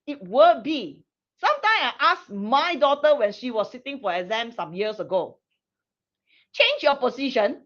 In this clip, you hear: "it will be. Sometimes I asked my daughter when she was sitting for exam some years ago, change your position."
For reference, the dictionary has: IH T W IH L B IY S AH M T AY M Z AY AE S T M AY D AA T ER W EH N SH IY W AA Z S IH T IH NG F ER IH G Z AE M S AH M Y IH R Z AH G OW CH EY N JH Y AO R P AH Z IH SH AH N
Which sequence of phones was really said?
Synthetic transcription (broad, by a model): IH T W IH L B IY S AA M T AY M S AY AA S M AY D AA T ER W EH N SH IY W AA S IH T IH NG F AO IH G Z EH M S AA M Y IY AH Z AH G OW CH EY N JH Y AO P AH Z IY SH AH N